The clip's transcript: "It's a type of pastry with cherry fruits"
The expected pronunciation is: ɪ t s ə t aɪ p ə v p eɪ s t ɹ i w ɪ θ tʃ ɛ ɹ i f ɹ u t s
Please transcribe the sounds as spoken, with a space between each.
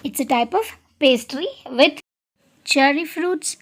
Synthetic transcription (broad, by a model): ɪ t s ə t aɪ p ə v p eɪ s t ɹ i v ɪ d tʃ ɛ ɹ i f ɹ u t s